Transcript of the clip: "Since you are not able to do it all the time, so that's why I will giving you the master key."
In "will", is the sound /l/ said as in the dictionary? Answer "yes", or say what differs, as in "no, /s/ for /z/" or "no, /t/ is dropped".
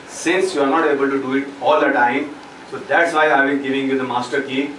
no, /n/ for /l/